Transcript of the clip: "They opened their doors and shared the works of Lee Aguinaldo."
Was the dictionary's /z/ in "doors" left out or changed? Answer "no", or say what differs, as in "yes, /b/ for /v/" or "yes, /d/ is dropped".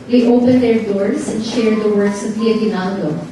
yes, /s/ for /z/